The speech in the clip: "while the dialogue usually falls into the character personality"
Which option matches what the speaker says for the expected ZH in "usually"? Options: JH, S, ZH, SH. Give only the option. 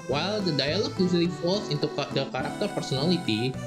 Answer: S